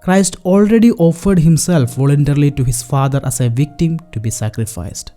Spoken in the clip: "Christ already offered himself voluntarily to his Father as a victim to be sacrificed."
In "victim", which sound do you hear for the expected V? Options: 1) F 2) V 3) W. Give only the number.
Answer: 2